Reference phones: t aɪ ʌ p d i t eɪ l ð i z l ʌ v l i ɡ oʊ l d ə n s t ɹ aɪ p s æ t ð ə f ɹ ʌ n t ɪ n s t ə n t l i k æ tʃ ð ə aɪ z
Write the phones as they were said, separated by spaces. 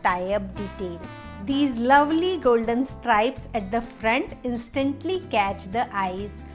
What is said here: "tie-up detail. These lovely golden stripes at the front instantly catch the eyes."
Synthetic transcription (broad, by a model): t aɪ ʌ b d i t eɪ l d i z l ʌ v l i ɡ oʊ l d ə n s t ɹ aɪ p s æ t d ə f ɹ ʌ n t ɪ n s t ə n t l i k æ tʃ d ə aɪ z